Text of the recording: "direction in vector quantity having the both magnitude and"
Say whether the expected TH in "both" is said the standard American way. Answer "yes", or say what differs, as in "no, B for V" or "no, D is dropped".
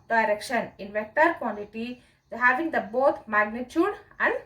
no, T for TH